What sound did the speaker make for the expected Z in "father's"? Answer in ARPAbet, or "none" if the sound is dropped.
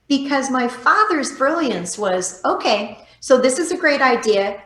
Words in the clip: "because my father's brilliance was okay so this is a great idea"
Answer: Z